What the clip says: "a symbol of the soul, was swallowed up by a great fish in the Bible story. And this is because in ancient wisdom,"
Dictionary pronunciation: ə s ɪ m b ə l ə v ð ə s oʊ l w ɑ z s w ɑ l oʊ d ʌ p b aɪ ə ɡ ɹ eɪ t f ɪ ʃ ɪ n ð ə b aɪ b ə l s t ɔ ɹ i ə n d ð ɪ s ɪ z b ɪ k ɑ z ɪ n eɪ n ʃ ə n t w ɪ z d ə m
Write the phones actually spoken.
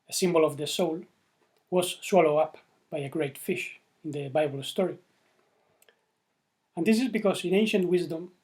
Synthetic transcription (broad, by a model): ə s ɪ m b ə l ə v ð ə s oʊ l w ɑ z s w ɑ l oʊ ʌ p b aɪ ə ɡ ɹ eɪ t f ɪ ʃ ɪ n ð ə b aɪ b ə l s t ɔ ɹ i ə n d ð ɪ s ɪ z b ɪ k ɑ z ɪ n eɪ n ʃ ə n t w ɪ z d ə m